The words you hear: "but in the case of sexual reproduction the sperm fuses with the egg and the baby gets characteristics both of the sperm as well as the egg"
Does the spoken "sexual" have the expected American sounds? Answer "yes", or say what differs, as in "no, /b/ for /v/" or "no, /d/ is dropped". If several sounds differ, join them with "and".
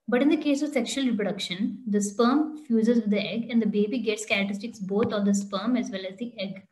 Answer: yes